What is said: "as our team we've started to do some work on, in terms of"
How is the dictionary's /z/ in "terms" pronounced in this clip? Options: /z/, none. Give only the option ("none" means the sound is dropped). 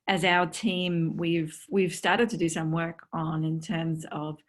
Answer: /z/